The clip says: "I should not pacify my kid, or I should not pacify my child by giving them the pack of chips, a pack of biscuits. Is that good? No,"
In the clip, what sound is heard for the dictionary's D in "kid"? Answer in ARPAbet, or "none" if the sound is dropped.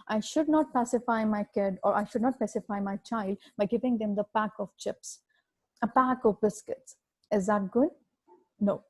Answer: D